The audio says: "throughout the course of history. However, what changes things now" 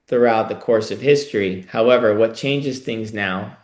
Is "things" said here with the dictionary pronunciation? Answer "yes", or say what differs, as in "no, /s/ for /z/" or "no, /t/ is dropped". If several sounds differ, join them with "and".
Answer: yes